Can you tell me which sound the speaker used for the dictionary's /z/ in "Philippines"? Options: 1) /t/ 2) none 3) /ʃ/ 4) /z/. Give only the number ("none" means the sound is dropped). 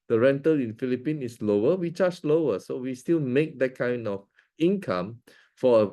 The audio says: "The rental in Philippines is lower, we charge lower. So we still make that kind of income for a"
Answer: 2